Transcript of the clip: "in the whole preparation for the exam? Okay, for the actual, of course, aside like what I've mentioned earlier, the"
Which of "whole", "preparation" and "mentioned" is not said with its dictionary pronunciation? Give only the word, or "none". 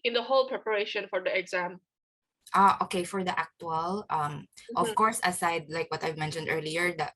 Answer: none